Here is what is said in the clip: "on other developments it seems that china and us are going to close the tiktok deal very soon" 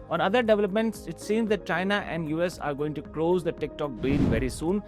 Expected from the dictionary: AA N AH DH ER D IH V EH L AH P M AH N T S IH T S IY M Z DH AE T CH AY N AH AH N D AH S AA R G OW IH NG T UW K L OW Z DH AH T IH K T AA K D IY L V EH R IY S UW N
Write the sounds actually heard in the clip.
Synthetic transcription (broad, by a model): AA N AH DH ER D IH V EH L AH P M AH N T S IH T S IY M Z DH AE T CH AY N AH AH N D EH S AA R G OW IH NG T UW K L OW Z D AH T IH K T AA K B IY N V EH R IY S UW N